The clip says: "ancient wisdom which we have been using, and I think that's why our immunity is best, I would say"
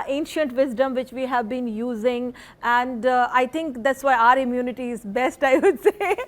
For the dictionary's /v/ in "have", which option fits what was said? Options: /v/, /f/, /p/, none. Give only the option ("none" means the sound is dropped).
/v/